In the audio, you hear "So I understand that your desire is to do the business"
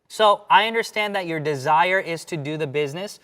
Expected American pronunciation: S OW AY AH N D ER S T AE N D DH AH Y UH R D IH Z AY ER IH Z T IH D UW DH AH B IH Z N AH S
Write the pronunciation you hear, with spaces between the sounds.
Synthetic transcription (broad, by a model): S OW AY AH N D ER S T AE N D DH AH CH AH R D IH Z AY ER IH Z T IH D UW DH AH B IH Z N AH S